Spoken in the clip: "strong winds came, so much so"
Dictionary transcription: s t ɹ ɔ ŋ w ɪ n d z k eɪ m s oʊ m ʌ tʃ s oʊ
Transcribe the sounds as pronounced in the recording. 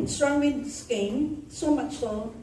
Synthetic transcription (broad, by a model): s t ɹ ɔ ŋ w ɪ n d s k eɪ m s oʊ m ʌ tʃ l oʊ